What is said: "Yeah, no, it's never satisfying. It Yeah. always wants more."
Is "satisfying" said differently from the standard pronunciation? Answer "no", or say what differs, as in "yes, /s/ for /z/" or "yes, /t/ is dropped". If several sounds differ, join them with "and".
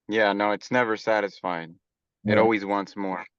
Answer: no